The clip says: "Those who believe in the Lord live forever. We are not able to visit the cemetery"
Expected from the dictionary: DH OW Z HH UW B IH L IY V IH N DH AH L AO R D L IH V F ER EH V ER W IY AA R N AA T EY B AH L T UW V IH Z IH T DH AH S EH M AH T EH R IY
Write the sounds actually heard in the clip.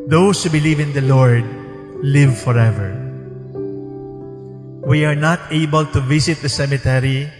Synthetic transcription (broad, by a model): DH OW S HH UW B IH L IY V IH N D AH L AO R D L IH V F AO EH V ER W IY AA R N AA T EY B AH L T UW V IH S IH T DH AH S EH M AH T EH R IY